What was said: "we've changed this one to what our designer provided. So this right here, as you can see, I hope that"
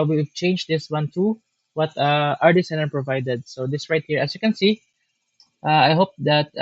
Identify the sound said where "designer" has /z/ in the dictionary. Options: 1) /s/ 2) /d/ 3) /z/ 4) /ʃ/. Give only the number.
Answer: 1